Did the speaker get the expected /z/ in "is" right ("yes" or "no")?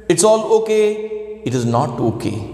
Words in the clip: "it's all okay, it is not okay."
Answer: yes